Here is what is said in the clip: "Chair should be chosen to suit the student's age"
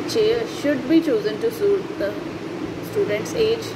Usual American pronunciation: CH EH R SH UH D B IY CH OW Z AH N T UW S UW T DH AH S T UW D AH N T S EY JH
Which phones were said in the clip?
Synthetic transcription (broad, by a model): CH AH R SH UH D B IY CH OW Z AH N T UW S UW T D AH S T UW D AH N T S EY JH